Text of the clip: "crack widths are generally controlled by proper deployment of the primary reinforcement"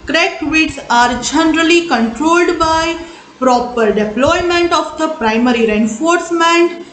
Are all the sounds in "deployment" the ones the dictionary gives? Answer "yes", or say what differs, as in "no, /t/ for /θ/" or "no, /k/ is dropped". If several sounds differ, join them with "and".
yes